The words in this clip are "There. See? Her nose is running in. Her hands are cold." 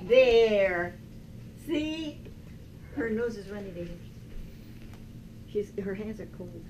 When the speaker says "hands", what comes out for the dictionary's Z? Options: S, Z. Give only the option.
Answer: Z